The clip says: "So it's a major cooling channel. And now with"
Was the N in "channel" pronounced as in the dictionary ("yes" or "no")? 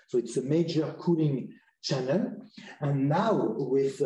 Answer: yes